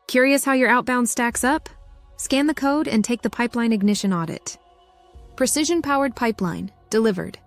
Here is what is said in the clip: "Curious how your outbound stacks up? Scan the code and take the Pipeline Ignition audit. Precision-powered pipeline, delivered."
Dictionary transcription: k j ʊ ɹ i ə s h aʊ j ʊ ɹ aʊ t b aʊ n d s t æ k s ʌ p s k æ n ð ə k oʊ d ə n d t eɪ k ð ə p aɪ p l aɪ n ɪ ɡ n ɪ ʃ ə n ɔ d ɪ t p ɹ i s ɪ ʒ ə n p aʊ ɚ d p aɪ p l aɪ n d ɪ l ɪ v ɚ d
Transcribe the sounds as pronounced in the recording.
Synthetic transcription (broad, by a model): k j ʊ ɹ i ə s h aʊ j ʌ ɹ aʊ t b aʊ n d s t æ k s ʌ p s k æ n ð ə k oʊ d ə n t eɪ k ð ə p aɪ p l aɪ n ɪ ɡ n ɪ ʃ ə n ɔ d ɪ t p ɹ i s ɪ ʒ ə n p aʊ ɚ d p aɪ p l aɪ n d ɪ l ɪ v ɚ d